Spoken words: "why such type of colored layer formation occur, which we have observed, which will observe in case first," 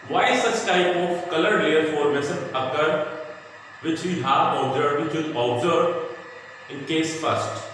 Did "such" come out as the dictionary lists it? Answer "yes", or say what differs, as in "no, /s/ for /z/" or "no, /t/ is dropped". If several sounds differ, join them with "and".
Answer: no, /s/ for /tʃ/